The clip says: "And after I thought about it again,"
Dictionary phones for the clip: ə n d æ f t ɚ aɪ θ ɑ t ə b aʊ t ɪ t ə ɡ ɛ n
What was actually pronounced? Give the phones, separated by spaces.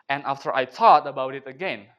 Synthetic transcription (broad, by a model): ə n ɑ f t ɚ aɪ t ɑ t ə b aʊ t ɪ t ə ɡ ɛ n